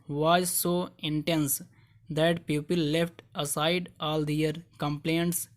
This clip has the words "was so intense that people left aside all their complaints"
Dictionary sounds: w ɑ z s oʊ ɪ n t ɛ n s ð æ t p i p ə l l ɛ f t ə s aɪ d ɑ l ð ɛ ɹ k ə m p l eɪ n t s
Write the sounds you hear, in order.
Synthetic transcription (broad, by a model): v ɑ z s oʊ ɪ n t ɛ n s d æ t p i p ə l l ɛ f t ə s aɪ d ɑ l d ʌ ɹ k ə m p l eɪ n t s